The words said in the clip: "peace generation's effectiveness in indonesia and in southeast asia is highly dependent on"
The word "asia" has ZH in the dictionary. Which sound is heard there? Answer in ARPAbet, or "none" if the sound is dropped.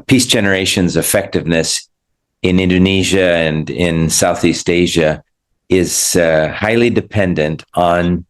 ZH